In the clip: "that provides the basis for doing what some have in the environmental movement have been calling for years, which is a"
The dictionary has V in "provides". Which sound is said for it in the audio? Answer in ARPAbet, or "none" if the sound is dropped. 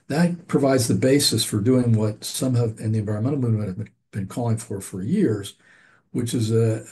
V